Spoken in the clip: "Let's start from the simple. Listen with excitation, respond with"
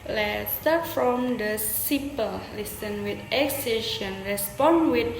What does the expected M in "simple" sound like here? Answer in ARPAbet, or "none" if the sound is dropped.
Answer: none